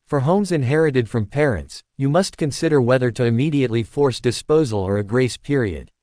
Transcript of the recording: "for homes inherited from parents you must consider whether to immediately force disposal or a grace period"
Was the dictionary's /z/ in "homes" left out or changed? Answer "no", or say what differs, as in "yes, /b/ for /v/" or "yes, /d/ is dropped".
no